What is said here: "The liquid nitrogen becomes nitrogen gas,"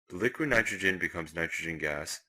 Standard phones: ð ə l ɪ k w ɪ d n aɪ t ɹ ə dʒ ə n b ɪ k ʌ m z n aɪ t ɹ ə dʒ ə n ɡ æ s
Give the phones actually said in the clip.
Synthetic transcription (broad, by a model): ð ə l ɪ k w ɪ d n aɪ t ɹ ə dʒ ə n b ɪ k ʌ m z n aɪ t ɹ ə dʒ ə n ɡ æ s